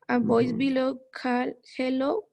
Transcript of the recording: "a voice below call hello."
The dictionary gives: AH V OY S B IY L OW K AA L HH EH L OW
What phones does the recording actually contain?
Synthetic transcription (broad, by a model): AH B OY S B IY L OW K AA L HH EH L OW